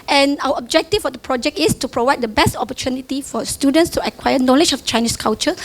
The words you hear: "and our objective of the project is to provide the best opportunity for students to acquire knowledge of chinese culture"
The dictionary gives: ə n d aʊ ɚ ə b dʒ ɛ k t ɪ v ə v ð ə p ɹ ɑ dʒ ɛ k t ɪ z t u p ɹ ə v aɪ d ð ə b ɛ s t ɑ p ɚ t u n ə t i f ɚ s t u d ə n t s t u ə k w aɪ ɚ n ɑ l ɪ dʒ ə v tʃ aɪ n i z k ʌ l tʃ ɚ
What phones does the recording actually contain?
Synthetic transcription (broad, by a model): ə n aʊ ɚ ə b dʒ ɛ k t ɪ f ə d ə p ɹ ɑ dʒ ɛ k t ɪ s t u p ɹ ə v aɪ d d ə b ɛ s t ɑ p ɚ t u n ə t i f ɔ s t u d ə n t s t u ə k w aɪ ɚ n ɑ l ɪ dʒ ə f tʃ aɪ n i s k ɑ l tʃ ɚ